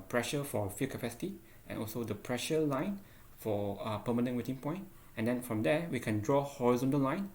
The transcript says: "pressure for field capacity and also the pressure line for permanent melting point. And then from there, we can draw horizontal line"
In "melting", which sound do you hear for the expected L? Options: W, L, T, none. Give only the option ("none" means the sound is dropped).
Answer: none